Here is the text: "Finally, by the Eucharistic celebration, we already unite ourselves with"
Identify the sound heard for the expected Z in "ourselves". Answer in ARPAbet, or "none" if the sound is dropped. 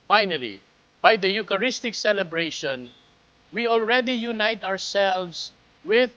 S